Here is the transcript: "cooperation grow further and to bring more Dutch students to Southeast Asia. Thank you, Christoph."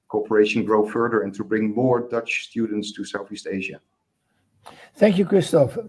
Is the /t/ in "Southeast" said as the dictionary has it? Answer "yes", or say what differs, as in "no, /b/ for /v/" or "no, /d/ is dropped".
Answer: yes